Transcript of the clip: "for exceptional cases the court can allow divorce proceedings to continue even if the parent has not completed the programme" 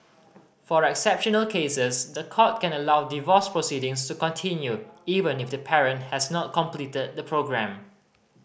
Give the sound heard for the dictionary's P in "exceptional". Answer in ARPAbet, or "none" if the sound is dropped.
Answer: P